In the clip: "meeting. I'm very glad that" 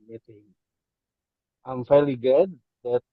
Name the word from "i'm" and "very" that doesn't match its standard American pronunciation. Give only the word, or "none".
very